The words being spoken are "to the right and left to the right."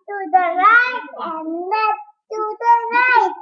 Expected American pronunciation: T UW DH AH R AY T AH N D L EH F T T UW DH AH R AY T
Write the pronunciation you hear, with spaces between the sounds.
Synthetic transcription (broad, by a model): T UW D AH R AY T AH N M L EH T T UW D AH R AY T